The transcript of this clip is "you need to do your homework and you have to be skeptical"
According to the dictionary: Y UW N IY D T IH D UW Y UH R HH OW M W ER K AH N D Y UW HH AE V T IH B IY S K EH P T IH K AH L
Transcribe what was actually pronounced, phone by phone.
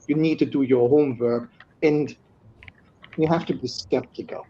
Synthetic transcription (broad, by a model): Y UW N IY D T IH D UW Y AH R HH OW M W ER K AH N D Y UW HH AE F T IH B IY S K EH P T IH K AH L